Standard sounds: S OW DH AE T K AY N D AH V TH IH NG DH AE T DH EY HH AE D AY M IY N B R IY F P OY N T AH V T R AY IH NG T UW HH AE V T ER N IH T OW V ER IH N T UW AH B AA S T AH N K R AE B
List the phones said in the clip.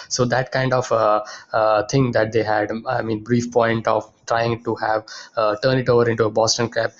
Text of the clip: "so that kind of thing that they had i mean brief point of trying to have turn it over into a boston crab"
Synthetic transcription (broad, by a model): S OW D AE T K AY N D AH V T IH NG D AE T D EY HH AE D AY M IY N B R IY F P OY N T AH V T R AY IH NG T UW HH AE V T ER N IH T OW V ER IH N T UW AH B AA S T AH N K R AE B